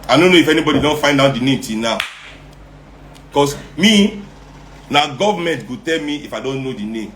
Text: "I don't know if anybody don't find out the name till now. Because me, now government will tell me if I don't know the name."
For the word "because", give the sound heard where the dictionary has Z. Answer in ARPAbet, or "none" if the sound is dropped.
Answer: S